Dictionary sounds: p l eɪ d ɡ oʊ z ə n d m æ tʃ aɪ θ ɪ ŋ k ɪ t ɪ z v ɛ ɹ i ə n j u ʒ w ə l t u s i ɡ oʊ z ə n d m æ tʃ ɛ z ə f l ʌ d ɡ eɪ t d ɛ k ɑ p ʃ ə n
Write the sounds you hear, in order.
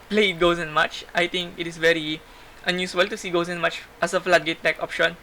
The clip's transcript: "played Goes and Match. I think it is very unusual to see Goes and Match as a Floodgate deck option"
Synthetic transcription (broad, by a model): p l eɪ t ɡ oʊ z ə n m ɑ tʃ aɪ t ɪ ŋ k ɪ t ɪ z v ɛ ɹ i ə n j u s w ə l t u s i ɡ oʊ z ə n m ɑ tʃ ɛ s ə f l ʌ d ɡ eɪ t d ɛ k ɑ p ʃ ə n